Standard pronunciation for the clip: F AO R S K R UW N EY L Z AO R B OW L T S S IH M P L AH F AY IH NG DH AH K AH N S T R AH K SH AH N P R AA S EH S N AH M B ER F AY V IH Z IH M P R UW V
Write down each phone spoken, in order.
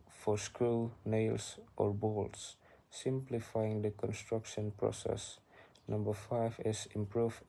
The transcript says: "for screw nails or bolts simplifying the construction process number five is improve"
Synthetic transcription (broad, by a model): F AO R S K R UW N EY L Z AO R B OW L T S S IH M P L AH F AY IH NG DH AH K AH N S T R AH K SH AH N P R AA S EH S N AH M B ER F AY V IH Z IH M P R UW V